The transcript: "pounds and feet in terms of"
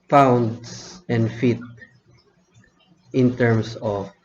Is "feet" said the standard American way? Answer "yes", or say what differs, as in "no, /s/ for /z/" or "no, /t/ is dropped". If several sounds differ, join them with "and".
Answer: yes